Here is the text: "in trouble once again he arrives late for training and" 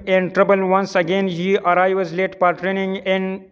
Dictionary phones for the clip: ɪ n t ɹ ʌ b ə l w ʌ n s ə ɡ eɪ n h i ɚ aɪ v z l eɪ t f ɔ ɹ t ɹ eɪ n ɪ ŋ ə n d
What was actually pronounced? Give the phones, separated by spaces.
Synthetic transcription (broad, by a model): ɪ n t ɹ ʌ b ə l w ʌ n s ə ɡ eɪ n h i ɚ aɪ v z l eɪ t p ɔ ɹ t ɹ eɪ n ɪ ŋ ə n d